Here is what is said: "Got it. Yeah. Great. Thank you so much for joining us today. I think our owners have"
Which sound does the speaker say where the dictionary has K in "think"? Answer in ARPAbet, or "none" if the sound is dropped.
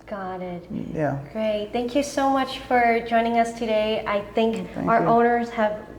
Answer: K